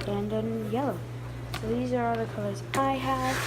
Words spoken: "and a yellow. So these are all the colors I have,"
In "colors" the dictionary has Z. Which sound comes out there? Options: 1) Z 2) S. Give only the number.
1